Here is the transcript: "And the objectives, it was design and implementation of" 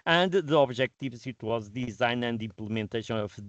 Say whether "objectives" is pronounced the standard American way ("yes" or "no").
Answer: no